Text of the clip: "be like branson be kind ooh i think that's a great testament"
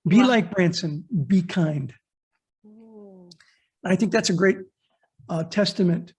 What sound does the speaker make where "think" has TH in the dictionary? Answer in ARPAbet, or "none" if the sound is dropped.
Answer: TH